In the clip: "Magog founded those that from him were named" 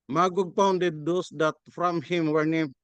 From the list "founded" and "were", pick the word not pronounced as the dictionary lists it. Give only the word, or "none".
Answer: founded